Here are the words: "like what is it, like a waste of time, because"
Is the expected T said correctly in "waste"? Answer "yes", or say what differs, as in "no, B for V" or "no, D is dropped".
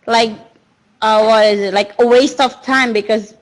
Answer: yes